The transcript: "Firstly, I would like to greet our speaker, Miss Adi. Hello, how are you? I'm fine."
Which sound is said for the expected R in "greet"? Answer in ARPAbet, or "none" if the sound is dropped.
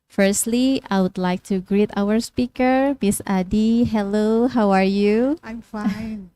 R